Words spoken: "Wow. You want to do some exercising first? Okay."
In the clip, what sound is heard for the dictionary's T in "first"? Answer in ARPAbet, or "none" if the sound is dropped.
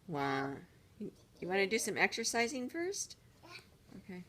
T